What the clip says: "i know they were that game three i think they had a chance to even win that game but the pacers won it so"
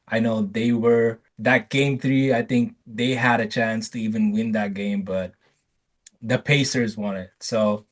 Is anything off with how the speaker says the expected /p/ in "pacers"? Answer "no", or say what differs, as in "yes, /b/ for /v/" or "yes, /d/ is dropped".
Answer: no